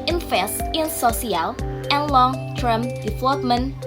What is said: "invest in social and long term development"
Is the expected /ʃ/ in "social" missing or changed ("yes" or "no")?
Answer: yes